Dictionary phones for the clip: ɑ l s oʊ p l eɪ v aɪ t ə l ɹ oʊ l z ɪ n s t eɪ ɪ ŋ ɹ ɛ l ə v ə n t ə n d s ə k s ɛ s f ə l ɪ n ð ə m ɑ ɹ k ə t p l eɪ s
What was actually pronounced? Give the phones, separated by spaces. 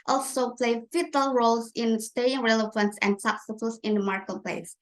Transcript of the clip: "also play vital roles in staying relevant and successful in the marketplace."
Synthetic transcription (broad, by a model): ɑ l s oʊ p l eɪ f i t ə l ɹ oʊ l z ɪ n s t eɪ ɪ ŋ ɹ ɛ l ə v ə n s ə n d s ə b s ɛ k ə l ɪ n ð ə m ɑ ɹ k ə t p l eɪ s